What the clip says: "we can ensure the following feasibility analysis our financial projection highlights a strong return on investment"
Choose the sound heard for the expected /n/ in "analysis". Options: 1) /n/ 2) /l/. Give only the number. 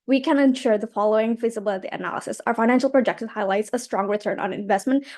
1